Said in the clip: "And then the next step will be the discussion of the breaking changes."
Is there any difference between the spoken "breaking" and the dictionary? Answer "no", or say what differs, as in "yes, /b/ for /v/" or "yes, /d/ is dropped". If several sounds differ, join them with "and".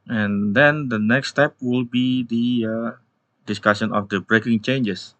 no